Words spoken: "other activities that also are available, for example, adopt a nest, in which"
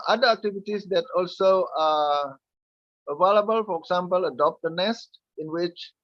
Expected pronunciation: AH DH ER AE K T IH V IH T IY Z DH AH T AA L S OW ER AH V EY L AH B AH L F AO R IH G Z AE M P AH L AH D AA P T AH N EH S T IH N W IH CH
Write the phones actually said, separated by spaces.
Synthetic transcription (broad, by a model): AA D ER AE K T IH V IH T IY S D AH T AA L S OW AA AH V EY L AH B AH L F AO R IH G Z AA M P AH L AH D AA P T AH N EH S T IH N W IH CH